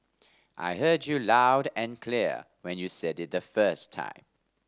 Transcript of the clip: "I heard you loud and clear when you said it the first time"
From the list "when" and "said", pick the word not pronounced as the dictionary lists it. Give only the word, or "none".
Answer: none